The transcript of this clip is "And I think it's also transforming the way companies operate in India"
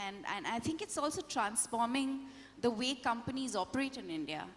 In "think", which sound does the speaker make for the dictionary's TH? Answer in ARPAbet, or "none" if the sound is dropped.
T